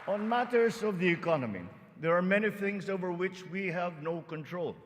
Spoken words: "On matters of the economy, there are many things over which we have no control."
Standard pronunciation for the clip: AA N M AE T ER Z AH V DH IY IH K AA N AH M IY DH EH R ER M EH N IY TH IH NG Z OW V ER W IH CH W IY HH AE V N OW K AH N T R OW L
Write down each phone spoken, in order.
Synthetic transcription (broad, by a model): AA N M AE T ER Z AH V DH IY IH K AA N AH M IY DH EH R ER M EH N IY TH IH NG Z OW V ER W IH CH W IY HH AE V N OW K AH N T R OW L